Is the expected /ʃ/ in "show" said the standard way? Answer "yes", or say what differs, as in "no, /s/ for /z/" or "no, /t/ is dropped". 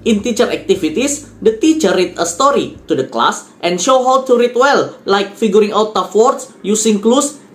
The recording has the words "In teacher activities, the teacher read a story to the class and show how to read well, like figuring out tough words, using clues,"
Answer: yes